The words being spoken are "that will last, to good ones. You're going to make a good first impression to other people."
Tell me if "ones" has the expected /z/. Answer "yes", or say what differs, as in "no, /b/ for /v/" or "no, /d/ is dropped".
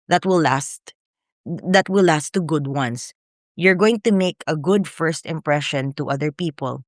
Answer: no, /s/ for /z/